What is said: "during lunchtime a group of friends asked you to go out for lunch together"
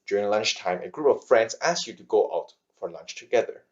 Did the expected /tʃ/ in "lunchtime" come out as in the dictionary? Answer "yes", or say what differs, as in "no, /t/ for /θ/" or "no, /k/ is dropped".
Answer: yes